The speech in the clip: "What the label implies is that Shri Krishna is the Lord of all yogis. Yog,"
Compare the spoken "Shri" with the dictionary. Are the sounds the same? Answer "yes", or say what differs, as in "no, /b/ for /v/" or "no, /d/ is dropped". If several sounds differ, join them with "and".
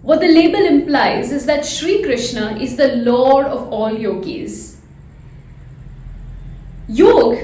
yes